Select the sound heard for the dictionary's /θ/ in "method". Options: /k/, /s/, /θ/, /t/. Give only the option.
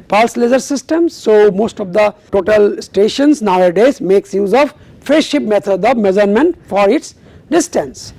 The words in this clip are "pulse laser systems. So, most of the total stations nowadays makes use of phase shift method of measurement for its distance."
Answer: /t/